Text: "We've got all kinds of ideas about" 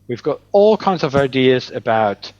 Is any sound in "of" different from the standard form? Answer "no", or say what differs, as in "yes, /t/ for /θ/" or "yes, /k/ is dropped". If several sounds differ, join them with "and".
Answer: no